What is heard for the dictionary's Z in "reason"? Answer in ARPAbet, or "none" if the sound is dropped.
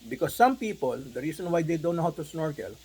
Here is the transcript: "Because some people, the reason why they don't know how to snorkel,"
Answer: S